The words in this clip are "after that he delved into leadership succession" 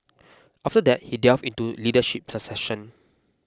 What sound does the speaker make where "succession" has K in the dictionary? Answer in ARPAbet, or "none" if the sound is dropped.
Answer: none